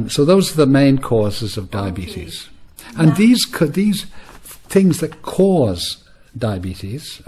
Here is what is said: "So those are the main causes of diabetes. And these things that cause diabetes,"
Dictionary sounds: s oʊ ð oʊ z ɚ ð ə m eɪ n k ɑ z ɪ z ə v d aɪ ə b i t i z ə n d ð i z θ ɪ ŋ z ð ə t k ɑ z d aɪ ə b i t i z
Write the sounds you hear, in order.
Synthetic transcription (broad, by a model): s oʊ ð oʊ z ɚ ð ə m eɪ n k ɑ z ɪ z ə v d aɪ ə b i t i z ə n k ð i z θ ɪ ŋ z ð ə t k ɑ z d aɪ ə b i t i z